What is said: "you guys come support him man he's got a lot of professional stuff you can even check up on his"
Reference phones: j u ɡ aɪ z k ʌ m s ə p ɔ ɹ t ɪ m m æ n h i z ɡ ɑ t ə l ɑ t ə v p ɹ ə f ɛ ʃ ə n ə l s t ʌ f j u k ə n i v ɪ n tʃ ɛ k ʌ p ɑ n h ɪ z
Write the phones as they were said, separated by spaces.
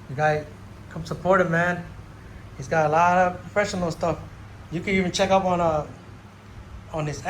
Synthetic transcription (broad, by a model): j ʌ ɡ aɪ z k ʌ m s ə p ɔ ɹ t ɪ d m æ n h i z ɡ ɑ t ə l ɑ t ə v p ɹ ə f ɛ ʃ ə n ə l s t ʌ f j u k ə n i v ɪ n tʃ ɛ k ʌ p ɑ n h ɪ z